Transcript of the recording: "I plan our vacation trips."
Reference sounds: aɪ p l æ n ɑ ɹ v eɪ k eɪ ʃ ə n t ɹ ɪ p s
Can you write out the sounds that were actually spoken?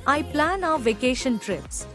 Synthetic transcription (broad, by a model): aɪ p l æ n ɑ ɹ v eɪ k eɪ ʃ ə n t ɹ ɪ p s